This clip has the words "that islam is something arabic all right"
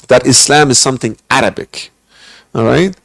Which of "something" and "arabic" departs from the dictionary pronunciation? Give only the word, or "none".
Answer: none